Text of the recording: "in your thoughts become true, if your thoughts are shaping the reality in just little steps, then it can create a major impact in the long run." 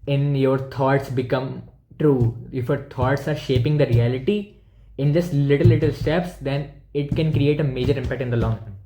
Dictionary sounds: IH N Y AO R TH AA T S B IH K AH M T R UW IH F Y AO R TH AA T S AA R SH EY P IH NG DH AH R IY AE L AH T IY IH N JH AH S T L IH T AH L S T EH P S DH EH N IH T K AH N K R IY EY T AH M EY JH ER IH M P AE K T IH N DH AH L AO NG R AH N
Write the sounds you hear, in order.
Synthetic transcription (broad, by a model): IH N Y AO R T AA T S B IH K AH M T R UW IH F Y AO R T AA T S AA R SH EY P IH NG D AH R IY AE L AH T IY IH N JH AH S T L IH T AH L S T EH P S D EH N IH T K AH N K R IY EY T AH M EY JH ER IH M P AE K T IH N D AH L AO NG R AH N